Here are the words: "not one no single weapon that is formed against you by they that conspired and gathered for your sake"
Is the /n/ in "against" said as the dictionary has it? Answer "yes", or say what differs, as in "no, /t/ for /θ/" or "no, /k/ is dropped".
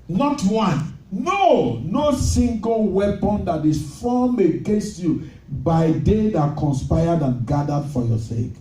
no, /n/ is dropped